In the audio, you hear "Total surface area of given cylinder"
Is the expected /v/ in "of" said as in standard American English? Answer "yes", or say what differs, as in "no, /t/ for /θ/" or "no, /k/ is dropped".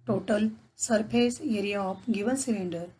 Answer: no, /p/ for /v/